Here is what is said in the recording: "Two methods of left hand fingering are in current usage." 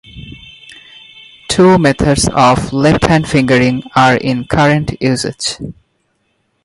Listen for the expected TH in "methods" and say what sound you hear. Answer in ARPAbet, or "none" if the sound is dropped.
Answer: T